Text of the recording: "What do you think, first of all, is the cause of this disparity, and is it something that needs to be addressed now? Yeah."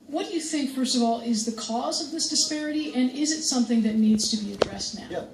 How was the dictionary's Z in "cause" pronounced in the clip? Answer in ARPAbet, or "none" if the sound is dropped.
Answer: Z